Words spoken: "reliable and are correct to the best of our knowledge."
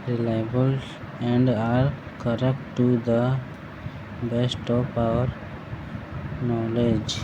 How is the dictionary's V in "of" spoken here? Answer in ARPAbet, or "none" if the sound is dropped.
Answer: P